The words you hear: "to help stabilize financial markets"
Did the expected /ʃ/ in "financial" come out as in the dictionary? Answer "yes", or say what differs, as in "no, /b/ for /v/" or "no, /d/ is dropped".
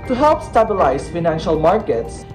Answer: yes